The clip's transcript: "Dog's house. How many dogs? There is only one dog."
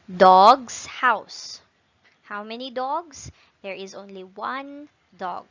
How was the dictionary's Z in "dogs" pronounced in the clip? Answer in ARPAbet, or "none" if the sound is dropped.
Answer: S